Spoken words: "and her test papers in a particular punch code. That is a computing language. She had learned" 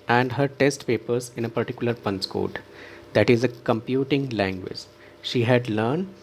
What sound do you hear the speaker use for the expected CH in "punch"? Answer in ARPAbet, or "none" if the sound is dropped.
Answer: S